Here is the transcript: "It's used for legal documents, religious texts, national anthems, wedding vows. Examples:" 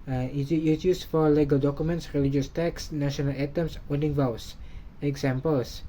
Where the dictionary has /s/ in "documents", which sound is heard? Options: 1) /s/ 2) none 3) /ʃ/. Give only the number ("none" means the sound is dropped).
1